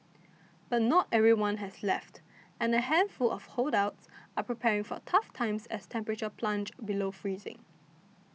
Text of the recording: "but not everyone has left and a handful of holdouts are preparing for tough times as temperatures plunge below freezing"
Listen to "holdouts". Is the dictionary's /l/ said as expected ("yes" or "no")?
yes